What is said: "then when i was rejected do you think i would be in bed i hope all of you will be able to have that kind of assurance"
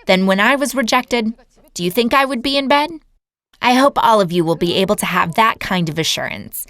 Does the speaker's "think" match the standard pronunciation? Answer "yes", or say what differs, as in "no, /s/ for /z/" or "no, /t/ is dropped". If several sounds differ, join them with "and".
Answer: yes